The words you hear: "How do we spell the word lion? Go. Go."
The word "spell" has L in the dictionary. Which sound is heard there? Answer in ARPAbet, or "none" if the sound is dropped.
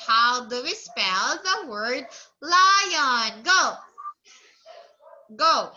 L